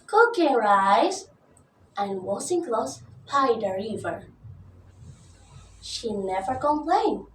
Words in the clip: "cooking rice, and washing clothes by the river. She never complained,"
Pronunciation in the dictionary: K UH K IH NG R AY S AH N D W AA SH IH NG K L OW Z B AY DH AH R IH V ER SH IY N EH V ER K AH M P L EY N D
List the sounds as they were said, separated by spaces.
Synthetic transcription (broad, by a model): K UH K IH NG R AY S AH N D W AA S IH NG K L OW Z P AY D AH R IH V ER SH IY N EH V ER K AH M P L EY N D